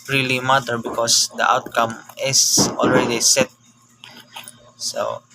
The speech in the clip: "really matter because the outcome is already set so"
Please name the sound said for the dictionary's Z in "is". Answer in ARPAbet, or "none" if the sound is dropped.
S